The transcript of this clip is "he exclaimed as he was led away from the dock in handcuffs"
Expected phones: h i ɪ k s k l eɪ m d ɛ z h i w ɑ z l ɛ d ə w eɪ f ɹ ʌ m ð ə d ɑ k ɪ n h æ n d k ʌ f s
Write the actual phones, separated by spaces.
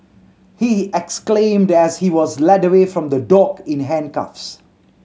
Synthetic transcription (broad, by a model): h i ɪ k s k l eɪ m d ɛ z h i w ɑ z l ɛ d ə w eɪ f ɹ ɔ m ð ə d ɑ k ɪ n h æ n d k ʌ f s